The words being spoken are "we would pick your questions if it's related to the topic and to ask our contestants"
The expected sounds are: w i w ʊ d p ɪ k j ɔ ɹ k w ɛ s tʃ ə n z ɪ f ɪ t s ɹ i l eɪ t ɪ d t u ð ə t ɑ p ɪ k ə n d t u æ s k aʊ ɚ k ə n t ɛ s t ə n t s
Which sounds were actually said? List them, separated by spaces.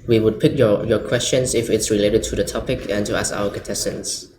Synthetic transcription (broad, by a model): w i w ʊ d p ɪ k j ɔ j k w ɛ s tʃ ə n s ɪ f ɪ t s ɹ i l eɪ t ɪ d t u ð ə t ɑ p ɪ k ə n t u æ s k aʊ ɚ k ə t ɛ s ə n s